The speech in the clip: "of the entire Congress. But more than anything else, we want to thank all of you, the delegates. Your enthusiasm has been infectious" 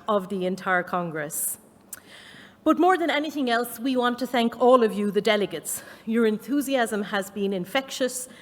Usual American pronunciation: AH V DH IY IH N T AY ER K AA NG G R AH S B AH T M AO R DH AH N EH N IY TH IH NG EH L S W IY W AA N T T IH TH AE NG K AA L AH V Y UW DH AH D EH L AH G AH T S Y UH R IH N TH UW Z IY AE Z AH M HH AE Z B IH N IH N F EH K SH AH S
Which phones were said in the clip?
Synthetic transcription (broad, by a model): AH V DH IY IH N T AY ER K AA NG G R AH S B AH T M AO R DH AH N EH N IY TH IH NG EH L S W IY W AA N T T IH TH AE NG K AA L AH V Y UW DH AH D EH L AH G AH T S Y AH R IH N TH UW Z IY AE Z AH M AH Z B IH N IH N F EH K SH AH S